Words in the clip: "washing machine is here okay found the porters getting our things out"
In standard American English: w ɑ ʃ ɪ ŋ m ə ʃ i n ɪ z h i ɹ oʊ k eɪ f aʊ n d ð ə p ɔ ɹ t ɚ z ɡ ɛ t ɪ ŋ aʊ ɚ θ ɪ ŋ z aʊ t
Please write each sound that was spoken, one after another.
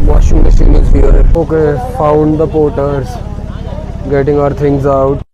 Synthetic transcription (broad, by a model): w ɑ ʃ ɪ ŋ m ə s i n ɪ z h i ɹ oʊ k eɪ f aʊ n d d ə p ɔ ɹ t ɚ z ɡ ɛ t ɪ ŋ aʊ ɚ t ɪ ŋ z aʊ t